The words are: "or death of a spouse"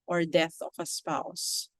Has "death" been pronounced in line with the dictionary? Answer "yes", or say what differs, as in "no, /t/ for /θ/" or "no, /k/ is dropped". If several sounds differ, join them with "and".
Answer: yes